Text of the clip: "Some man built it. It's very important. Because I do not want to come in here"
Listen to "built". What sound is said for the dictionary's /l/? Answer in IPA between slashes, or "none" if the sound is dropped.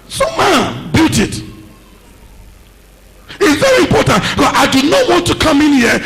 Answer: none